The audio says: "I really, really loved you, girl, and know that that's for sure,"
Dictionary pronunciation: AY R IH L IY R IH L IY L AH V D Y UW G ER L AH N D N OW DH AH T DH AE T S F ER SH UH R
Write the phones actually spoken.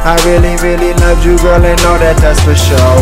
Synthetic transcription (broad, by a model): AY R IH L IY R IH L IY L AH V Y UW G ER L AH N N OW DH AH T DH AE T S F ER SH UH